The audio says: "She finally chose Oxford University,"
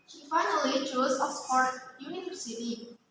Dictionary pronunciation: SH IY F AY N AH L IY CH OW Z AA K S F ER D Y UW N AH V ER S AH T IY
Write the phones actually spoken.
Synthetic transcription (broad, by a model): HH IY F AY N AH L IY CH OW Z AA S P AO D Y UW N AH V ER S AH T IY